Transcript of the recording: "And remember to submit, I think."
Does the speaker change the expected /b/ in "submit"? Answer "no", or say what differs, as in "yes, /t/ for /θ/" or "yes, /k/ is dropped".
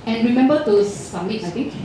yes, /b/ is dropped